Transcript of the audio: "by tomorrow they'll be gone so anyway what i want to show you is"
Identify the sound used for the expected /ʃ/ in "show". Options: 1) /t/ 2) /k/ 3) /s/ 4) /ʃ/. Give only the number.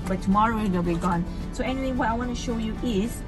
4